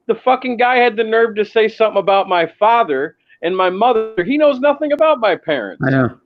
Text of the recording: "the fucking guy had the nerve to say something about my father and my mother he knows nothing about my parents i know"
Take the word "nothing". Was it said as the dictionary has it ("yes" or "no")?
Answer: yes